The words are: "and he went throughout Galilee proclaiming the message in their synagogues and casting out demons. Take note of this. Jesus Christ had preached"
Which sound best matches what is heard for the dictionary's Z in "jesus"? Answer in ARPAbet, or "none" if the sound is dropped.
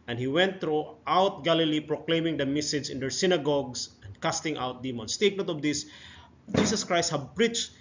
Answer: S